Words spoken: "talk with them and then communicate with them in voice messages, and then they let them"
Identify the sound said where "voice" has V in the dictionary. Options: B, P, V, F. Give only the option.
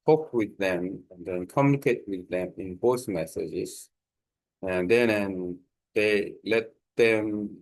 B